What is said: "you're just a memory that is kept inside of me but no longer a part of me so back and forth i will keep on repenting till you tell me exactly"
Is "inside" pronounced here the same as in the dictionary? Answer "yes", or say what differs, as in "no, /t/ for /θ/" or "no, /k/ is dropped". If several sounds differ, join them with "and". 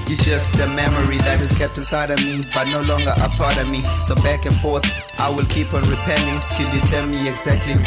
no, /n/ is dropped